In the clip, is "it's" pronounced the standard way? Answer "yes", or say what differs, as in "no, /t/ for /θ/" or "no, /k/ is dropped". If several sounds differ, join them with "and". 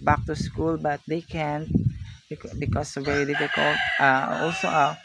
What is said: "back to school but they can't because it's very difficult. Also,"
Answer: no, /s/ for /t/